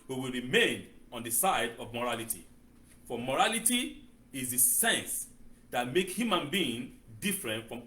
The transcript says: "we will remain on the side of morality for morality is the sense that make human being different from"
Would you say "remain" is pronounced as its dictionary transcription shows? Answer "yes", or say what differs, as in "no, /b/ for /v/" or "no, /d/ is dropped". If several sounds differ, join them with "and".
yes